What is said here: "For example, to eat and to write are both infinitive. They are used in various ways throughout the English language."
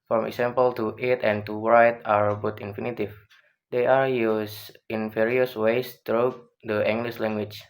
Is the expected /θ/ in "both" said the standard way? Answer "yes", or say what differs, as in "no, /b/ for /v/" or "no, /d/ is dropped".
no, /t/ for /θ/